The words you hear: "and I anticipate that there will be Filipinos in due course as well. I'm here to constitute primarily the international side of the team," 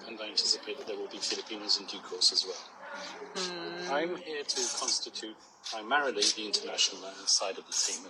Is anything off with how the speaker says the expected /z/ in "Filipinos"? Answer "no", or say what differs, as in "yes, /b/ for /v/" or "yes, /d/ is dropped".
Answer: no